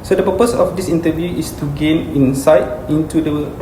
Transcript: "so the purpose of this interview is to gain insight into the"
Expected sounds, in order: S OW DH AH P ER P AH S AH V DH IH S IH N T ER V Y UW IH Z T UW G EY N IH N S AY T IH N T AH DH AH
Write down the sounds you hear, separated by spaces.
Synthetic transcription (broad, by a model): S OW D AH P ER P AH S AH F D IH S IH N T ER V Y UW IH S T UW G EY N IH N S AY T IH N T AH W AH